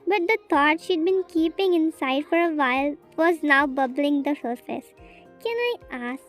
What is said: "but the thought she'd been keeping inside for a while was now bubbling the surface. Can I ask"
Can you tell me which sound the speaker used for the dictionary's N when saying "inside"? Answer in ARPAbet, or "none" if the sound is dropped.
N